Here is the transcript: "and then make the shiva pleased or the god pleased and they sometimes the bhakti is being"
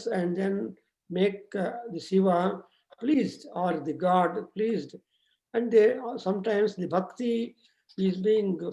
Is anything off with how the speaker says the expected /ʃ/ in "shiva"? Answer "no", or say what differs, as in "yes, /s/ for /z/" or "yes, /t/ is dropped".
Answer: yes, /s/ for /ʃ/